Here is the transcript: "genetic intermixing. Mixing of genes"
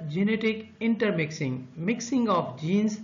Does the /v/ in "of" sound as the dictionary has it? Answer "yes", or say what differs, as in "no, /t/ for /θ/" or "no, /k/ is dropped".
no, /p/ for /v/